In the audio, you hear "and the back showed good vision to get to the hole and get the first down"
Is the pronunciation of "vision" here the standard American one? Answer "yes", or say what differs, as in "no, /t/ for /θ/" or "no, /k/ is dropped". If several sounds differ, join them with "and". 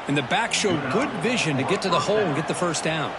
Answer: yes